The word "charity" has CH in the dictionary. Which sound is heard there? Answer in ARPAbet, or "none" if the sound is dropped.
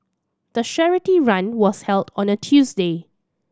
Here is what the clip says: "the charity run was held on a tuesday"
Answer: SH